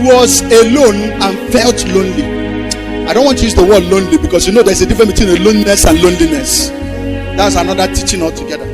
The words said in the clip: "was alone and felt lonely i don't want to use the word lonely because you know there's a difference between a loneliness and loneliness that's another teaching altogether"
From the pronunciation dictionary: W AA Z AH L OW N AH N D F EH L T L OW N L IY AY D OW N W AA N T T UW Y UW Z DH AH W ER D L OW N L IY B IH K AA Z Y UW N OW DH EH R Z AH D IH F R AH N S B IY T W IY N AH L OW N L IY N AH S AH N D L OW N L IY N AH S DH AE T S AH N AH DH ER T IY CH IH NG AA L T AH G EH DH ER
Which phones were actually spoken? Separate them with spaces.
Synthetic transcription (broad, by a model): W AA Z AH L OW N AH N F EH L T L OW N L IY AY D OW N W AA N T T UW Y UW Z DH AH W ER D L OW N L IY B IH K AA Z Y UW N OW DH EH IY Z AH D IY F R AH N B IY T W IY N AH L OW N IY N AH S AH N L OW N L IY N AH S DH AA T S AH N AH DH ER T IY CH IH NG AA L T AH G EH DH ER